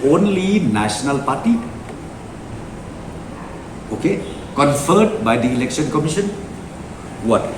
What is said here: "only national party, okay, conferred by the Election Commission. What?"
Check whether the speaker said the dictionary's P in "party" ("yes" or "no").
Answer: yes